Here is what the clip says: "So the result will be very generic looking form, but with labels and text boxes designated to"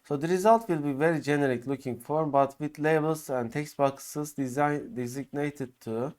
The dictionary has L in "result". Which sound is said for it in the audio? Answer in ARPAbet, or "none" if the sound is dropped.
L